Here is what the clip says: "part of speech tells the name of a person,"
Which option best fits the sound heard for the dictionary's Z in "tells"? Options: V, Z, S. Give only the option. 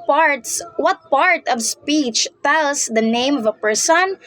S